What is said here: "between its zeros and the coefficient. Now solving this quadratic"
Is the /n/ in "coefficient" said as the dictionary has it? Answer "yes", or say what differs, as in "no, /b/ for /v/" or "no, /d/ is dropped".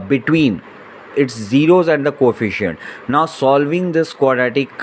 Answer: yes